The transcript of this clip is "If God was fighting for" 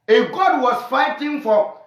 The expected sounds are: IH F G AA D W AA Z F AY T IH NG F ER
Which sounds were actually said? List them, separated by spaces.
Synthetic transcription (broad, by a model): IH G AA D W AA S F AY T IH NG F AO